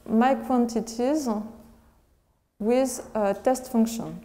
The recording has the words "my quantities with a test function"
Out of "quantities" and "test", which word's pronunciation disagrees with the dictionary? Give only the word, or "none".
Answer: none